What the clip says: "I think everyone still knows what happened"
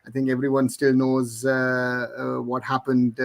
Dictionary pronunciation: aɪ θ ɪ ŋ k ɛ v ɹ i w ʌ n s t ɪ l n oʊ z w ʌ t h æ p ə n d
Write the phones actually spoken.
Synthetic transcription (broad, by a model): aɪ θ ɪ ŋ k ɛ v ɹ i w ʌ n s t ɪ l n oʊ z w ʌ t h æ p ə n d